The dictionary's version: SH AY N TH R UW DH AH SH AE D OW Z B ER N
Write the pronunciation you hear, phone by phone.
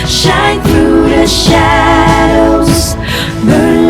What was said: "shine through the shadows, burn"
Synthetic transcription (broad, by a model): SH AY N TH R UW DH AH SH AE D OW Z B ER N